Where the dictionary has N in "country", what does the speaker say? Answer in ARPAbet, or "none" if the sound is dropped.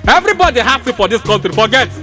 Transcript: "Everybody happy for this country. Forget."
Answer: L